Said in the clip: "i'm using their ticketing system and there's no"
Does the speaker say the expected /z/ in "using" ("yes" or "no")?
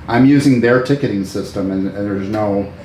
yes